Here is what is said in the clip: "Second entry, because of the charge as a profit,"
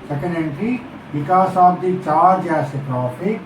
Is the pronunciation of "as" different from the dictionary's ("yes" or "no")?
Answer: yes